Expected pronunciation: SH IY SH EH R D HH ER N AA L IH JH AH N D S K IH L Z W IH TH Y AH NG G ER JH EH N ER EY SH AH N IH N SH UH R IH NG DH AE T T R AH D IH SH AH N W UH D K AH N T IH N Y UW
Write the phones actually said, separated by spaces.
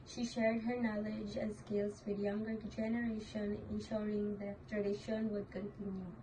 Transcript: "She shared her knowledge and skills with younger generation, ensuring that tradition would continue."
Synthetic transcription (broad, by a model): SH IY SH EH R D HH ER N AA L IH JH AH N S K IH L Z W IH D Y AH NG G ER JH EH N ER EY SH AH N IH N SH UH R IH NG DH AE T T R AH D IH SH AH N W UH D K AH N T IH N Y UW